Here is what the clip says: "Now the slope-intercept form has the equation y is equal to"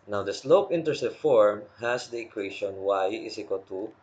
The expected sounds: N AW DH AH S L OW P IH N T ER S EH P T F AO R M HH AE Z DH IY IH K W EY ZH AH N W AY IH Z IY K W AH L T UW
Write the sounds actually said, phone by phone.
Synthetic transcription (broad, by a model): N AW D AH S L OW P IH N T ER S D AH F AO R M HH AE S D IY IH K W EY SH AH N W AY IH S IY K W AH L T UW